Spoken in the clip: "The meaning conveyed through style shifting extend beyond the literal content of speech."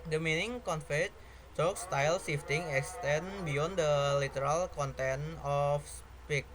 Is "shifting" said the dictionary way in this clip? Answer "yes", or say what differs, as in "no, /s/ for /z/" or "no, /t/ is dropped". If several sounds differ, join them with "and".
no, /s/ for /ʃ/